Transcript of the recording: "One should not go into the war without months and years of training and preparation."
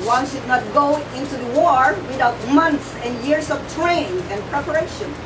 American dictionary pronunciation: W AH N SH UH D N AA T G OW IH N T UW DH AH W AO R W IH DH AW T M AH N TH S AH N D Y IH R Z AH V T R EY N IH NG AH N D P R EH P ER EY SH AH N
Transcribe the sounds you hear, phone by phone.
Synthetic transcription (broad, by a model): W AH N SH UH D N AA T G OW IH N T UW DH AH W AO R W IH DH AW T M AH N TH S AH N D Y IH R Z AH V T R EY IH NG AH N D P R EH P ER EY SH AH N